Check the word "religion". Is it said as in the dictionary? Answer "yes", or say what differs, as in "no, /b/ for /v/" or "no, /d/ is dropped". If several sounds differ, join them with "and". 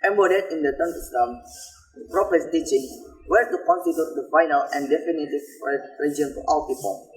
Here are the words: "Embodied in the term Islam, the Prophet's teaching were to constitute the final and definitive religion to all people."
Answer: no, /dʒ/ is dropped